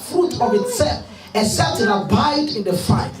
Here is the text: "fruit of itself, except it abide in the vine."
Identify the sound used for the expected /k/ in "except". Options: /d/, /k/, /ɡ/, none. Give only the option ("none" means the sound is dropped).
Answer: none